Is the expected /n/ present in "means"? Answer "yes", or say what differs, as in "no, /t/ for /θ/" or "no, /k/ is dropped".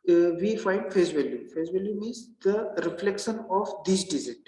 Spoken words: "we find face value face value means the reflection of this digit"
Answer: no, /n/ is dropped